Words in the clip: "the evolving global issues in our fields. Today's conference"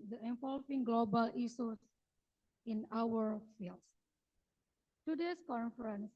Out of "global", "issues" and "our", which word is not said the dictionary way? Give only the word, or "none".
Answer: issues